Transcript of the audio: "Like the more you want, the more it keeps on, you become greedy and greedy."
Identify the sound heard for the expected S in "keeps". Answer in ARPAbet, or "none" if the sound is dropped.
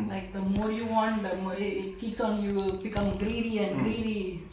S